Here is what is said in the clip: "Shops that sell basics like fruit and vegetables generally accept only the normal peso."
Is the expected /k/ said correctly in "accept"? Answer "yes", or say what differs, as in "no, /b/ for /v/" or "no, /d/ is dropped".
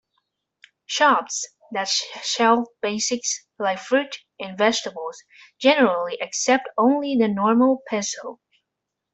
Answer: yes